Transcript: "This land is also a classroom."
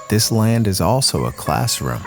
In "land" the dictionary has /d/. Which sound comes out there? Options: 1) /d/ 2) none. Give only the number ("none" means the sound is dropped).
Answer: 1